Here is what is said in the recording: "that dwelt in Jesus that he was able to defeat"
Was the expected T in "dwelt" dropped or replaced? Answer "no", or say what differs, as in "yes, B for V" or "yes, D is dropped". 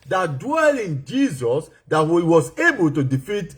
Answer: yes, T is dropped